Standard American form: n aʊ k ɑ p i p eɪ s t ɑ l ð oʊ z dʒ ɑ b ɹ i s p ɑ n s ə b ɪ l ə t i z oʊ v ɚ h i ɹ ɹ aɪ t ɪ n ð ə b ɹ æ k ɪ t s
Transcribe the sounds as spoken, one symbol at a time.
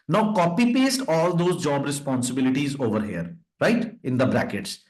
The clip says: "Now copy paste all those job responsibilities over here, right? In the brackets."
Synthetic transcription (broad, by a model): n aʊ k ɑ p i p eɪ s t ɑ l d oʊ z dʒ ɑ b ɹ i s p ɑ n s ə b ɪ l ə t i z oʊ v ɚ h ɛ ɹ ɹ aɪ t ɪ n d ə b ɹ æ k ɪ t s